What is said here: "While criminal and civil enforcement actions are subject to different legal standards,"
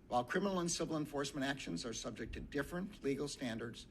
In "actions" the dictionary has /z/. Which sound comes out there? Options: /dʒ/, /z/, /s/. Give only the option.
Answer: /z/